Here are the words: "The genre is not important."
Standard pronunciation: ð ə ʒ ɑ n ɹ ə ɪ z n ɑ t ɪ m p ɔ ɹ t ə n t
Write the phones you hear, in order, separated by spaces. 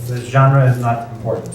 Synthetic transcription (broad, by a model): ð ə ʒ ɑ n ɹ ə ɪ z n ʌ t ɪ m p ɔ ɹ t n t